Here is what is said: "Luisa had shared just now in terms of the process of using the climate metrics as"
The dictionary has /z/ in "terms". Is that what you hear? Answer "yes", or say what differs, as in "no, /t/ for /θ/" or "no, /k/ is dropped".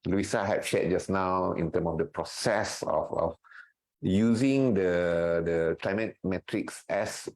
no, /z/ is dropped